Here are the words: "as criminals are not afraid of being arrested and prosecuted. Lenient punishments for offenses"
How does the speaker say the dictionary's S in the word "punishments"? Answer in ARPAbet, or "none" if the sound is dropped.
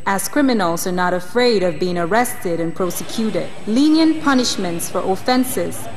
S